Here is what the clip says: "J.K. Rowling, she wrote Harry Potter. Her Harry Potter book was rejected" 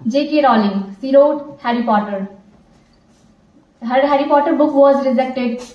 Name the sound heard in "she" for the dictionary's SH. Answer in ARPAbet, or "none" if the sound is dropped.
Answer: S